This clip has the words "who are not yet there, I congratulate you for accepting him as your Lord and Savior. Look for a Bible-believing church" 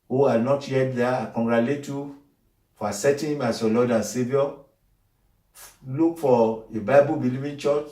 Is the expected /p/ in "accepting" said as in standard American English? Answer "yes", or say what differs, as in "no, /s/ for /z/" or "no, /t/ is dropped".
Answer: no, /p/ is dropped